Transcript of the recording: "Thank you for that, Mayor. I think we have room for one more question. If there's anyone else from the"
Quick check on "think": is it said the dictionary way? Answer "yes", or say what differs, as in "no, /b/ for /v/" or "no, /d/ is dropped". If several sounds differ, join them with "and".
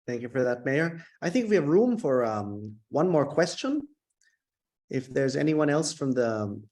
yes